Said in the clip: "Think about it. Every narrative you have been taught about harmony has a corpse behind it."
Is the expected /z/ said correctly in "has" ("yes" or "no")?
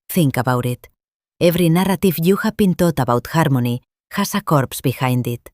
no